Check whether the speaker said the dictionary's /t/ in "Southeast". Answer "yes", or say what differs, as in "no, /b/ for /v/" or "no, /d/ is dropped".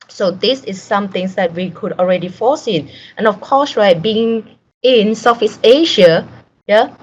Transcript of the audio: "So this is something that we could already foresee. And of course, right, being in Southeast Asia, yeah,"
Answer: no, /t/ is dropped